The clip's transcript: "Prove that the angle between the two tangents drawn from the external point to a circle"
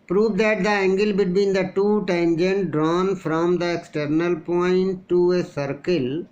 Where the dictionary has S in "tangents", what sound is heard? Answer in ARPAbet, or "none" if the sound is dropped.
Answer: none